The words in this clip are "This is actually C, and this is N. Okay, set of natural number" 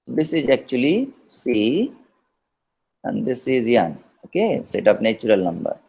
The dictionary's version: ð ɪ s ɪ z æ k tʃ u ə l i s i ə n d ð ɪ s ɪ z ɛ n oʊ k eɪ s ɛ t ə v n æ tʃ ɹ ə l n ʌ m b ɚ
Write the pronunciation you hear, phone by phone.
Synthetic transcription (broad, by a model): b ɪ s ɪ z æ k tʃ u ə l i s i ə n d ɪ s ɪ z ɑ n oʊ k eɪ s ɛ t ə p n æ tʃ ɹ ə l n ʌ m b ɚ